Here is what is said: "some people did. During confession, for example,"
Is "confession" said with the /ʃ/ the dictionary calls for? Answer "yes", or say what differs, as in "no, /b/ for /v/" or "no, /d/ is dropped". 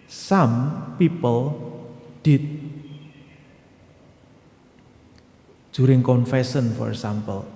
no, /s/ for /ʃ/